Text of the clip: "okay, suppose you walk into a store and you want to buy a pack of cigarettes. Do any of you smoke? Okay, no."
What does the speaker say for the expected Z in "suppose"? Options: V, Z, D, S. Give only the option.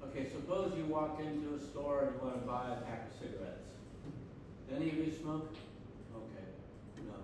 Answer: Z